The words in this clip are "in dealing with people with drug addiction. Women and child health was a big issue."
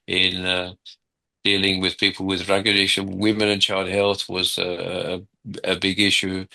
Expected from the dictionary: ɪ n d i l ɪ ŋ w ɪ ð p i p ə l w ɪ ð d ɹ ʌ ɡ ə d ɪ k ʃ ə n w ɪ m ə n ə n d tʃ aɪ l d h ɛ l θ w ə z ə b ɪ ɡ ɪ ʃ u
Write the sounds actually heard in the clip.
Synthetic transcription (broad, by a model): ɪ n d i l ɪ ŋ w ɪ ð p i p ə l w ɪ ð ɹ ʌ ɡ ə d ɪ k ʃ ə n w ɪ m ə n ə n tʃ aɪ l d h ɛ l θ w ə z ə b ɪ ɡ ɪ ʃ u